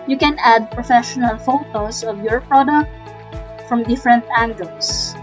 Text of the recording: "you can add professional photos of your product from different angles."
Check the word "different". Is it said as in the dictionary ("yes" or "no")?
yes